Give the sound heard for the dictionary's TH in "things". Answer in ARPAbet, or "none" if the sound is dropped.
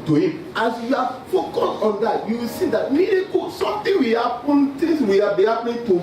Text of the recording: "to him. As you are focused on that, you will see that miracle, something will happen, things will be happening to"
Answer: T